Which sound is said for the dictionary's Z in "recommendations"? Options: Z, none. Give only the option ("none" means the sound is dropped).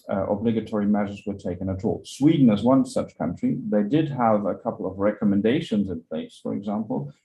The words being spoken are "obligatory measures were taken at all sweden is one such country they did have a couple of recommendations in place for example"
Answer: Z